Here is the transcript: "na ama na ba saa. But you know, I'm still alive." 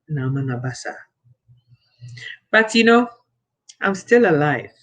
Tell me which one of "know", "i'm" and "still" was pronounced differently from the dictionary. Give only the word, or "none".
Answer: none